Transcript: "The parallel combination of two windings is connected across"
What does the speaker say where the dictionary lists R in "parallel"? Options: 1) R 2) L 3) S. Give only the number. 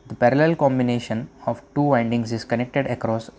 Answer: 1